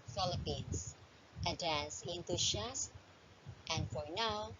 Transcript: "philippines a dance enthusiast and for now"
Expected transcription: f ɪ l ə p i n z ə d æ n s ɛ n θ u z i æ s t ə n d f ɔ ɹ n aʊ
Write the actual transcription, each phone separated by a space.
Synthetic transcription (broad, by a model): f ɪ l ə p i n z ə d æ n s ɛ n t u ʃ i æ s t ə n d f ɔ ɹ n aʊ